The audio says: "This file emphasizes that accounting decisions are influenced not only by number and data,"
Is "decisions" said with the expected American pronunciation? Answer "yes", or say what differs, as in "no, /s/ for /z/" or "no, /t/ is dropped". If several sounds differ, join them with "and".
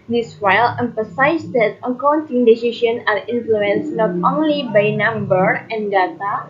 no, /ʃ/ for /ʒ/ and /z/ is dropped